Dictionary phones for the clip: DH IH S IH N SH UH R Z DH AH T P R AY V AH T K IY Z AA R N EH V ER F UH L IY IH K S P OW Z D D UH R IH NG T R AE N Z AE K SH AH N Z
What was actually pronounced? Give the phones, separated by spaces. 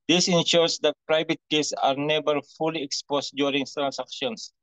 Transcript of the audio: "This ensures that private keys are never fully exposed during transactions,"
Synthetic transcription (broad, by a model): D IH S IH N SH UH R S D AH T P R AY V AH T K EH S AA R N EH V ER F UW L IY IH K S P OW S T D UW R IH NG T R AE N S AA K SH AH N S